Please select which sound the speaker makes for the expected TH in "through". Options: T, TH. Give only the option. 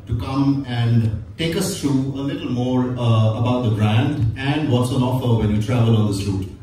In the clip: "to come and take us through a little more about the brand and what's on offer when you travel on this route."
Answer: T